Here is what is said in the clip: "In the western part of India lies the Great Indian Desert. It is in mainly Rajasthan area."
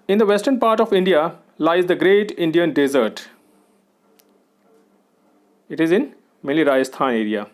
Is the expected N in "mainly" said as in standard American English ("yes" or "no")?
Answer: no